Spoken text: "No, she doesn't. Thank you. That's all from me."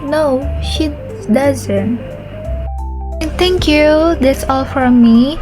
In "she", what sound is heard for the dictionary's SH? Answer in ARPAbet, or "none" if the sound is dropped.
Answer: SH